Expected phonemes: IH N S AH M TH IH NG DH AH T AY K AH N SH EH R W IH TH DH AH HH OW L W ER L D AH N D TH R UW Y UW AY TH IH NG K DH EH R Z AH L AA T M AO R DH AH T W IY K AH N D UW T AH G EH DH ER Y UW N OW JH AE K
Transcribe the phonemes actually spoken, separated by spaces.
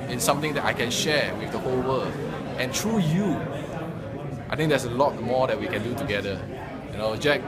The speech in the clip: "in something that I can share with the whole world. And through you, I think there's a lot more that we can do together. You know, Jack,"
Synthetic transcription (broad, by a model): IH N S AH M T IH NG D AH T AY K AH N SH EH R W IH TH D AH HH OW L W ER L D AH N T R UW Y UW AY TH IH NG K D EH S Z AH L AA T M AO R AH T W IY K AH N D UW T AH G EH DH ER Y UW N OW JH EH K